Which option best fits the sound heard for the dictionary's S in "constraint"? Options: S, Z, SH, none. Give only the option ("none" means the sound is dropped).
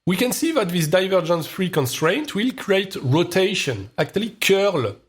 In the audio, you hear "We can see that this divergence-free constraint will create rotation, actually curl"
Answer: S